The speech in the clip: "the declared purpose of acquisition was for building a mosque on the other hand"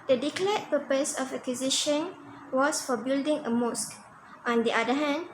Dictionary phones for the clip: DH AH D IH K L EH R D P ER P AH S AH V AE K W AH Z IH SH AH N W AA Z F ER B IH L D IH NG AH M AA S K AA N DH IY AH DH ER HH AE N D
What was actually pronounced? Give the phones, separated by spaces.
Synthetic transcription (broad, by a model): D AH D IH K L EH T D P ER P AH S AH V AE K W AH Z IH SH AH N W AA S F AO B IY L D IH NG AH M AA S K AA N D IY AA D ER HH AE N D